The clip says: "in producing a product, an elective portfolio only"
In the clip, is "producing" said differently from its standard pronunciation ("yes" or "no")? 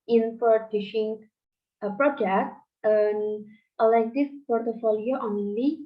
yes